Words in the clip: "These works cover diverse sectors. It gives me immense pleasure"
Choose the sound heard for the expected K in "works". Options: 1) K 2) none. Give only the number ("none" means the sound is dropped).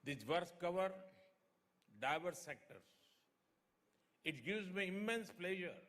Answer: 2